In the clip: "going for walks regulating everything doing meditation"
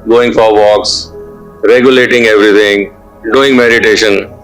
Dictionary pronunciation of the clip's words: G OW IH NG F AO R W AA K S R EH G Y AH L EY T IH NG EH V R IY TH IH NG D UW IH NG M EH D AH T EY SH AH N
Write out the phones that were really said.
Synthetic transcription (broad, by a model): G OW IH NG F AO R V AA K S R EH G Y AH L EY T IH NG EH V R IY T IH NG D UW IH NG M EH D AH T EY SH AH N